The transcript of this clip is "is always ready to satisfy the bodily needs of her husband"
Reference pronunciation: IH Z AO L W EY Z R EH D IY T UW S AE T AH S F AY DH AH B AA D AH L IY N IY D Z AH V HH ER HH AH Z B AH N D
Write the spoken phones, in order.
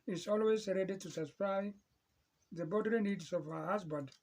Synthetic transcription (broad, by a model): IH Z AO L W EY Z R EH D IY T UW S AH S P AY DH AH B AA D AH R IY N IY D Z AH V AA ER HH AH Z B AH N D